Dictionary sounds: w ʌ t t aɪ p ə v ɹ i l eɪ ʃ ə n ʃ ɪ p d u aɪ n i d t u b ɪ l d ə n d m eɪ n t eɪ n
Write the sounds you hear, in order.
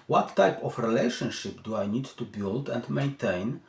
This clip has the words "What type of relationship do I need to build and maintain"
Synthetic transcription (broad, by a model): w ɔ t t aɪ p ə f ɹ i l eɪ ʃ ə n ʃ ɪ p d u aɪ n i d t u b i l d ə n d m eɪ n t eɪ n